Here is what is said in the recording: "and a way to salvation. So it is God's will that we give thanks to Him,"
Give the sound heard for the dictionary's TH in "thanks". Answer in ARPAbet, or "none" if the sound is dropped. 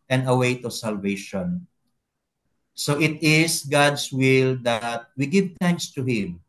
T